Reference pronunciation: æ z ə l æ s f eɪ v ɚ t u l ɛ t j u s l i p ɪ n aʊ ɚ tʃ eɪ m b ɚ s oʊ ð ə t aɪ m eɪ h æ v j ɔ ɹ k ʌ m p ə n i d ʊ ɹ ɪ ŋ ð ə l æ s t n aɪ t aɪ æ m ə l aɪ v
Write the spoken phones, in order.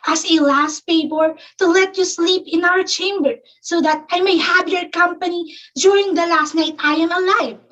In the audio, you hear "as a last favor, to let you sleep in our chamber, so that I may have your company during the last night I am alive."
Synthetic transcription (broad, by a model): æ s ə l æ s p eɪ p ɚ t u l ɛ t j u s l i p ɪ n aʊ ɚ tʃ eɪ m b ɚ s oʊ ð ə t aɪ m eɪ h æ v j ɔ ɹ k ʌ m p ə n i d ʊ ɹ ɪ ŋ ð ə l æ s t n aɪ t aɪ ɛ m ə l aɪ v